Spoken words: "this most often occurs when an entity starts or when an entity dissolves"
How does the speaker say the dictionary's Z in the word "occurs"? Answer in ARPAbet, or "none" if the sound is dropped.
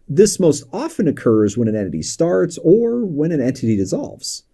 Z